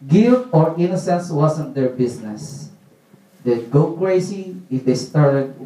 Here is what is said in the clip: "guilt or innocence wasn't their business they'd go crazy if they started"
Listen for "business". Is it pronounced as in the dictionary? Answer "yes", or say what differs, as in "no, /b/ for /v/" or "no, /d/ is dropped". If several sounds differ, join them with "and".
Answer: no, /s/ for /z/